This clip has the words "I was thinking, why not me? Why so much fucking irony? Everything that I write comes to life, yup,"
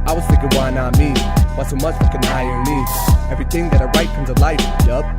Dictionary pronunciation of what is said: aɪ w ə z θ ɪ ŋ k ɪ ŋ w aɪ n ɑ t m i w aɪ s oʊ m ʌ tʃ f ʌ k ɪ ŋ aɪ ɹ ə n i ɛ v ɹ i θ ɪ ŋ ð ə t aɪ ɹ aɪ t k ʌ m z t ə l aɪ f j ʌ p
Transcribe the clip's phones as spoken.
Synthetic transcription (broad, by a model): aɪ w ə z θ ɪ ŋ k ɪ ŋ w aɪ n ɑ t m i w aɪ s oʊ m ʌ tʃ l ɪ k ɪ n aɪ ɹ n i ɛ v ɹ i θ ɪ ŋ ð ə t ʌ ɹ aɪ t k ʌ m z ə l aɪ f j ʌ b